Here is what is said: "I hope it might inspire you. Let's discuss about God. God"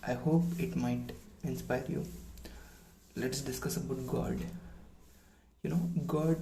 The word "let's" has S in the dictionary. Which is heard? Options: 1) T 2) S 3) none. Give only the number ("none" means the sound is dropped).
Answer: 2